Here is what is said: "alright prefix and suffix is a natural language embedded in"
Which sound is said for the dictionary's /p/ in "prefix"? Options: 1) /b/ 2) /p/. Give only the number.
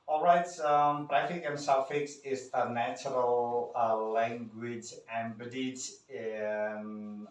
1